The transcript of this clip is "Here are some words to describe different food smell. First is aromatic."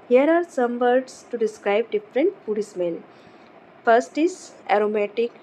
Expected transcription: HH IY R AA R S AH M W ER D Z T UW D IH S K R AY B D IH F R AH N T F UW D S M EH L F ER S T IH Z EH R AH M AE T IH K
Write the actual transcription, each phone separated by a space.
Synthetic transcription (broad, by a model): HH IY R AA R S AH M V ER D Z T UW D IH S K R AY B D IH F R AH N T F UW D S M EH N F ER S T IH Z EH R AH M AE T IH K